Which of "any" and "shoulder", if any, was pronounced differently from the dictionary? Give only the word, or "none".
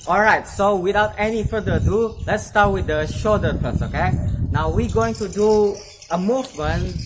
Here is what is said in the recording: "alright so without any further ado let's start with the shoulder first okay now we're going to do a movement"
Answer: shoulder